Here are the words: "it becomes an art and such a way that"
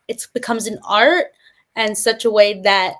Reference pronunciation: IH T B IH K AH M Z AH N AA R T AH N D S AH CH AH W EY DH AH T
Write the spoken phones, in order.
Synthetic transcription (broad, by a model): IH T B IH K AH M Z AH N AA R T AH N S AH CH AH W EY DH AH T